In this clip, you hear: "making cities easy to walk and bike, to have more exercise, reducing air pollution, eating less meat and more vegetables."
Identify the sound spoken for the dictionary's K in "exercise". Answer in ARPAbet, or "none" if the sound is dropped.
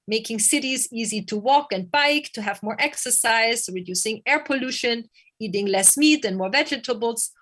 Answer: K